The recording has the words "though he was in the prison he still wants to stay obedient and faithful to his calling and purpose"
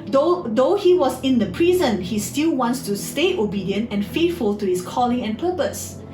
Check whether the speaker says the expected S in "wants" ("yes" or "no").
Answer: yes